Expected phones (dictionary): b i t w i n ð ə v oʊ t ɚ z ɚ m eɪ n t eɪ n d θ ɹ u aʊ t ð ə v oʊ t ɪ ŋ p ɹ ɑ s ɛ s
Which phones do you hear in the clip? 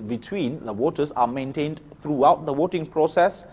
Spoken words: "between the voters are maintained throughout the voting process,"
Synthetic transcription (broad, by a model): b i t w i n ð ə w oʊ t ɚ s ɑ m eɪ n t eɪ n d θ ɹ u aʊ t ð ə w oʊ t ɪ ŋ p ɹ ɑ s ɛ s